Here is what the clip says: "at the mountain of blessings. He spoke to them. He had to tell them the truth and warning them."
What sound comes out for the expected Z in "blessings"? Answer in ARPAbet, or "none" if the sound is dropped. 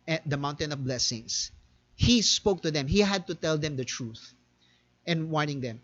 S